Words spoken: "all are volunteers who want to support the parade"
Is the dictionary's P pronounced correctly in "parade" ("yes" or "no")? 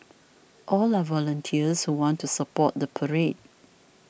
yes